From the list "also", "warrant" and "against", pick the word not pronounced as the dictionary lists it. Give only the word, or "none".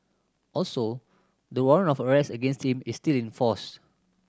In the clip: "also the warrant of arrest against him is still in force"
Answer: warrant